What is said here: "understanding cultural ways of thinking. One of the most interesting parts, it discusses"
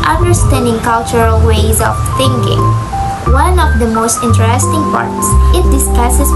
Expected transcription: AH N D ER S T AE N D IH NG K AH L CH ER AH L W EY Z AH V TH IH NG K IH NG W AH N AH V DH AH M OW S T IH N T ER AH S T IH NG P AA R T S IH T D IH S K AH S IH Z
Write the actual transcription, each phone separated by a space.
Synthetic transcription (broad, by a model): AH N D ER S T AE N D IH NG K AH L CH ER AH L W EY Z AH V TH IH NG K IH NG W AH N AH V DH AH M OW S T IH N T ER AH S T IH NG P AA R T S IH T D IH S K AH S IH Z